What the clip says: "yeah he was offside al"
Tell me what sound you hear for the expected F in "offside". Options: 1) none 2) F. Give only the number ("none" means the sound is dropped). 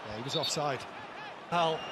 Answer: 2